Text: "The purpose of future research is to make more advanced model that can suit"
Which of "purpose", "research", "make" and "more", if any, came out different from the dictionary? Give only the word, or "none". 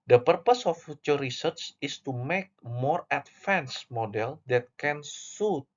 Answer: research